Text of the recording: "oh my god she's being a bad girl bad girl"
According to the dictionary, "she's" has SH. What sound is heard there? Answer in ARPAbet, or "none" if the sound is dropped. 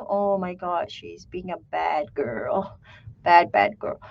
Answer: SH